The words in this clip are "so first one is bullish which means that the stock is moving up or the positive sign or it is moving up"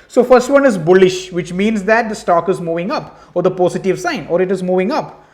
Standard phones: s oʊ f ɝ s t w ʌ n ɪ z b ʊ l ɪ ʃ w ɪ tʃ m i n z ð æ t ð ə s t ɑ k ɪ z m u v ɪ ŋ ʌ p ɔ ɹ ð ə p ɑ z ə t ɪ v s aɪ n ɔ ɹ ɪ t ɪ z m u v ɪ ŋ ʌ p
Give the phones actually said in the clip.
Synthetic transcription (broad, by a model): s oʊ f ɝ s t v ʌ n ɪ z b ʊ l ɪ ʃ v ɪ tʃ m i n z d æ t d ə s t ɑ k ɪ z m u v ɪ ŋ ʌ p ɔ ɹ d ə p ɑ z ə t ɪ v s aɪ n ɔ ɹ ɪ t ɪ z m u v ɪ ŋ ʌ p